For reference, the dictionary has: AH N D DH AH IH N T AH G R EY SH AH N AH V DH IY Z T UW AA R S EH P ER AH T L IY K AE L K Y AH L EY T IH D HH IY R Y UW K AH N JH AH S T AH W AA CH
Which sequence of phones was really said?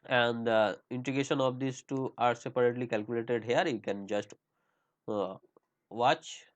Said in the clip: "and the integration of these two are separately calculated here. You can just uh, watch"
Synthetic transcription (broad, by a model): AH N D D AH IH N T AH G EY SH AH N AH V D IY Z T UW AA R S EH P ER AH T L IY K AE L K Y AH L EY T IH D HH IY R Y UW K AH N JH AH S T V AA CH